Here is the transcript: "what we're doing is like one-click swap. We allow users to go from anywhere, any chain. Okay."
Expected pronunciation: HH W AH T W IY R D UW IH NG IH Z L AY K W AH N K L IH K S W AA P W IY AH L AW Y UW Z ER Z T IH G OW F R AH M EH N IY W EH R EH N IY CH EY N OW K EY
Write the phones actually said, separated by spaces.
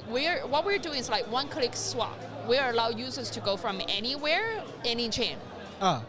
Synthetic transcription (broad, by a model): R W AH T W IY R D UW IH NG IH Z L AY K W AH N K L IH K S W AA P W IY AH L AW Y UW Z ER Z T IH G OW F R AH M EH N IY W EH R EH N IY CH EY N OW